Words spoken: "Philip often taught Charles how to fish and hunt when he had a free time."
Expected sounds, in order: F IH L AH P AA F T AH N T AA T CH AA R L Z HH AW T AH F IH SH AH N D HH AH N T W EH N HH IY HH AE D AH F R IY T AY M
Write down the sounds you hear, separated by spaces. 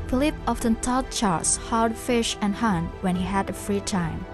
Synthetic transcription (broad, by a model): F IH L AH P AA F T AH N T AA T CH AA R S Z HH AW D F IH SH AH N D HH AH N W EH N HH IY HH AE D AH F R IY T AY M